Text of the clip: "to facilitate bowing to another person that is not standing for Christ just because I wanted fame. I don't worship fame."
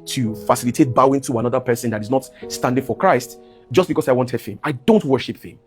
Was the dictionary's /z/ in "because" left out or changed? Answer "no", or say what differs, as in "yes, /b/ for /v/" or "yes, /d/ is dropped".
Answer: yes, /s/ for /z/